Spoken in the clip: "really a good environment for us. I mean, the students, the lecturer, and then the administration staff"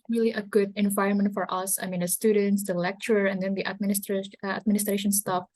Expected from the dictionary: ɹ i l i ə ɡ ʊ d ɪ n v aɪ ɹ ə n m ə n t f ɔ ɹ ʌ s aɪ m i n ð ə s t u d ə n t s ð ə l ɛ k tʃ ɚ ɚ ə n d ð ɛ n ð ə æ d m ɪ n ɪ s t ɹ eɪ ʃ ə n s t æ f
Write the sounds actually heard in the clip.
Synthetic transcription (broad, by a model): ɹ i l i ə ɡ ʊ d ɪ n v aɪ ɹ ə n m ə n t f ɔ ɹ ʌ s aɪ m i n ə s t u d ə n t s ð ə l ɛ k tʃ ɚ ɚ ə n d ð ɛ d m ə æ d m ɪ n ɪ s t ɹ eɪ ʃ ə n s t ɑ f